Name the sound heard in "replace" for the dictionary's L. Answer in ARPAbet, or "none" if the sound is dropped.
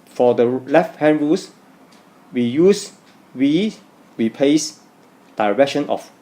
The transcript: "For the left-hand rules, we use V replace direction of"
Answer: none